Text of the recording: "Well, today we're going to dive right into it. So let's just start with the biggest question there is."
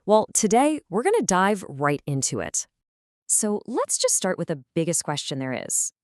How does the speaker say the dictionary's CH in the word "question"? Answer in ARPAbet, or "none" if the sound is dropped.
CH